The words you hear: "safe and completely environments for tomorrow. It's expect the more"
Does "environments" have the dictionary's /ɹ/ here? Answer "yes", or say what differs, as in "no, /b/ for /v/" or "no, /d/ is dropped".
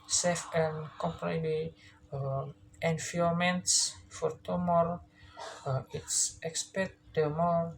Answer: no, /ɹ/ is dropped